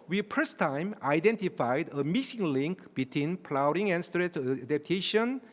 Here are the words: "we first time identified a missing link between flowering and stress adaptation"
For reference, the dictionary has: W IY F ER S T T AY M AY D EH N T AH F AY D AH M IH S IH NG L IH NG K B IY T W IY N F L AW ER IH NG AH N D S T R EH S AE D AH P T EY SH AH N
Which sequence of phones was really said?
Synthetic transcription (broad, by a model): W IY P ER S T T AY M AY D EH N T AH F AY D AH M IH S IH NG L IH NG K B IY T W IY N P L AW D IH NG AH N S T R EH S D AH P T EY SH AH N